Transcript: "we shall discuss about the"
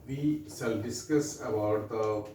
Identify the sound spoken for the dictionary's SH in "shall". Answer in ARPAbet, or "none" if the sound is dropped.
S